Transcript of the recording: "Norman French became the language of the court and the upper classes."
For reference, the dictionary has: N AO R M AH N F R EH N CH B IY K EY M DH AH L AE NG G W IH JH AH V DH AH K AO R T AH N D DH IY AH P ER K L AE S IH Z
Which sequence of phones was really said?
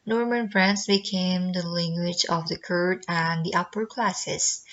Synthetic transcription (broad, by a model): N AO R M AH N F R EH N S B IY K EY M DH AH L AE NG G W IH JH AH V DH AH K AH R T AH N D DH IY AH P ER K L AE S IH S